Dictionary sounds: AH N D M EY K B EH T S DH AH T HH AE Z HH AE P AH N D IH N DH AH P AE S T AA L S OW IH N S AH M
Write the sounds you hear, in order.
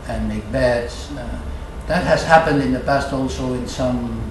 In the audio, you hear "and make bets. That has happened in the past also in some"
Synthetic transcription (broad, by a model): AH N M EY K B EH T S DH AH T HH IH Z HH AE P AH N D IH N DH AH P AE S T AA L S OW IH N S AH M